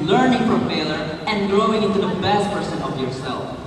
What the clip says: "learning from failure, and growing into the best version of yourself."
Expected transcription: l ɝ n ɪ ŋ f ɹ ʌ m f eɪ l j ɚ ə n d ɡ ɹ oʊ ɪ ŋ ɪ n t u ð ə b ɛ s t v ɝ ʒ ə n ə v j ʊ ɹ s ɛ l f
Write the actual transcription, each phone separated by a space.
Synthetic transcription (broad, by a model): l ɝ n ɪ ŋ f ɹ ʌ m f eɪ l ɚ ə n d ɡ ɹ oʊ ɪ ŋ ɪ n t u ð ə b ɛ s t p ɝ s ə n ə v j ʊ ɹ s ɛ l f